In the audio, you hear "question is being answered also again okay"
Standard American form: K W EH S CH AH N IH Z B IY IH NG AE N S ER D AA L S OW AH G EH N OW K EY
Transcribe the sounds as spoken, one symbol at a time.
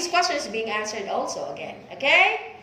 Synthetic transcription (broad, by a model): K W EH S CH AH N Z B IY IH NG AE N S ER D AA L S OW AH G EH N OW K EY